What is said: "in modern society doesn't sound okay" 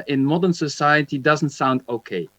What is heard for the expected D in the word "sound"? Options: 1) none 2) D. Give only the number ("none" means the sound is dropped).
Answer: 2